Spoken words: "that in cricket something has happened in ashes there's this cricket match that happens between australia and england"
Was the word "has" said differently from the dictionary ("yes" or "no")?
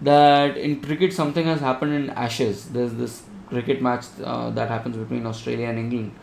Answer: no